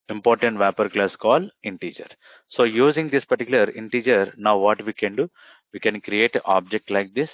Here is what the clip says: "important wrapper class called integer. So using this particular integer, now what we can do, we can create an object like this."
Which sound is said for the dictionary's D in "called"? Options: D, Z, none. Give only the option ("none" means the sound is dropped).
none